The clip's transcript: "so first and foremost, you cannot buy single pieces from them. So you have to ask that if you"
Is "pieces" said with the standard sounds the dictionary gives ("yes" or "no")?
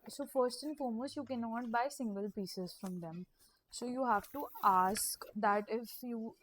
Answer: yes